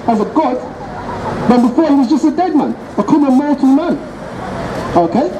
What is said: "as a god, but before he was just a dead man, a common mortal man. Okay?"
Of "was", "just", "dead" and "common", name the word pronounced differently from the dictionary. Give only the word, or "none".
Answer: common